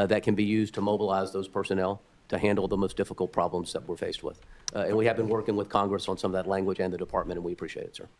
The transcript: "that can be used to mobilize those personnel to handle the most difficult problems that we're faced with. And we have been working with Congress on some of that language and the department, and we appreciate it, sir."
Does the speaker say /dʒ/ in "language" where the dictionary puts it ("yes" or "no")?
yes